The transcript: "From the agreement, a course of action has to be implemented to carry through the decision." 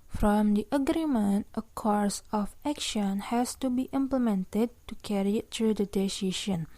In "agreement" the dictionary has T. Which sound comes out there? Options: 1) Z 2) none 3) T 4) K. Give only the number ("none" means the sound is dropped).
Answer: 3